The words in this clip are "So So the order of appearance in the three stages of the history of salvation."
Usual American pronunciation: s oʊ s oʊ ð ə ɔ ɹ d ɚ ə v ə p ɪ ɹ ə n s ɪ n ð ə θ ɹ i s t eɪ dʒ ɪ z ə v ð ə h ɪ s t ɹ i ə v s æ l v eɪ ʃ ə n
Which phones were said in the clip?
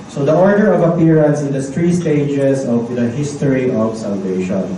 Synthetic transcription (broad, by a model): s oʊ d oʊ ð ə ɔ ɹ d ɚ ə v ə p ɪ ɹ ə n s ɪ n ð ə t ɹ i s t eɪ dʒ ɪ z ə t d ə h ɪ s t ɹ i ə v s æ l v eɪ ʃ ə n